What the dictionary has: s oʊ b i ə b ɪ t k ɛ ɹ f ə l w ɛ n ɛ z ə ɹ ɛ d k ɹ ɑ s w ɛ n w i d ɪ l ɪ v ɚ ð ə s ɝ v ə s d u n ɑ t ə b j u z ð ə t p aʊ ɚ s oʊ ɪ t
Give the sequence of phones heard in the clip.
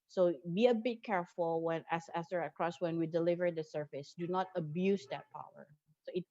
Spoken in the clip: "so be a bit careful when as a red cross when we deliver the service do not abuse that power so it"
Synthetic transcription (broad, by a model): s oʊ b i ə b ɪ t k ɛ ɹ f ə l w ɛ n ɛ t ə ɹ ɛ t k ɹ ɑ s w ɛ n w i d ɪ l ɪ v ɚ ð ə s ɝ f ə s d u n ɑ t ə b j u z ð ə t p aʊ ɚ s oʊ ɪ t